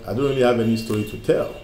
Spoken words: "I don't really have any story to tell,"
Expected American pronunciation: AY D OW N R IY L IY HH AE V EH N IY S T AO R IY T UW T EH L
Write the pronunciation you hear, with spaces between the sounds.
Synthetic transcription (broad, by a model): AY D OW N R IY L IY HH AE V EH N IY S T AO R IY T UW T EH L